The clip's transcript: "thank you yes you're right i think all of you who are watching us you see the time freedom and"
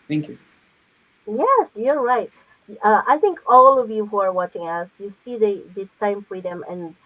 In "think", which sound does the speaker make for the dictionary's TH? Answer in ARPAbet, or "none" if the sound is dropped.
TH